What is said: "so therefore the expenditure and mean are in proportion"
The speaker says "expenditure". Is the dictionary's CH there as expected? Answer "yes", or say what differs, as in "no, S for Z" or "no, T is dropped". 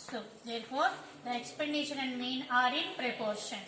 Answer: no, SH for CH